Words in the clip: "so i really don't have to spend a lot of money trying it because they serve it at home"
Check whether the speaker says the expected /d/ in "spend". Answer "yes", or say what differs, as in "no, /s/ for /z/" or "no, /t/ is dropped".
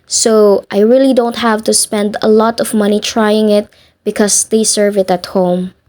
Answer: yes